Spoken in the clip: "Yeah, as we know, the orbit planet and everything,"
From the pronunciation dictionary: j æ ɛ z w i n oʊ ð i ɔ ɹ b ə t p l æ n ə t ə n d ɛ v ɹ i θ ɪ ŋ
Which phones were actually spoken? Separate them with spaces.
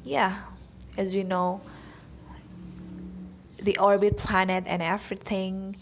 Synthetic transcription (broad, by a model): j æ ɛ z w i n oʊ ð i ɔ ɹ b ə t p l æ n ə t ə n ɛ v ɹ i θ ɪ ŋ